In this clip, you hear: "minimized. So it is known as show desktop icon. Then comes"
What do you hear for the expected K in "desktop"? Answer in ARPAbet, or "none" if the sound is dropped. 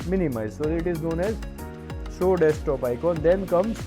none